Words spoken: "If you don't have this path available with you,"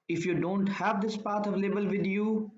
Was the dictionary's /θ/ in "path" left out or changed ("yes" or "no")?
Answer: yes